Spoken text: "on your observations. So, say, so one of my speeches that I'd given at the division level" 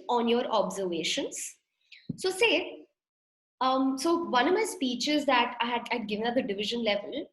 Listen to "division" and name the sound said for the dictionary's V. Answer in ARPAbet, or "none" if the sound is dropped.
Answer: V